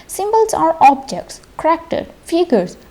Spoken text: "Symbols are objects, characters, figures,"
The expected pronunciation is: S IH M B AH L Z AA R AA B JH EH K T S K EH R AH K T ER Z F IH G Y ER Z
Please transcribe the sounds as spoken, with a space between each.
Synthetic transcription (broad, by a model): S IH M B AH L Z AA R AA B JH EH K T S K R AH K T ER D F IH G Y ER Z